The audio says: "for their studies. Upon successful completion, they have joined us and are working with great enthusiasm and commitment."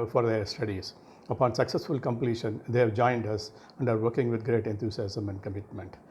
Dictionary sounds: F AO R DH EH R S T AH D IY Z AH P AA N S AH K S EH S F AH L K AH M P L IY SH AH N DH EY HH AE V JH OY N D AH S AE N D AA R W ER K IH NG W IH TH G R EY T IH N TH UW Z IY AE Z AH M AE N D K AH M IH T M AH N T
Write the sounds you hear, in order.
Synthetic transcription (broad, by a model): F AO R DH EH R S T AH D IY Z AH P AA N S AH K S EH S F AH L K AH M P L IY SH AH N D EY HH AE V JH OY N D AH S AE N D AA R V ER K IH NG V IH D G R EY T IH N T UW S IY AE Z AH M AE N D K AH M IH T M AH N T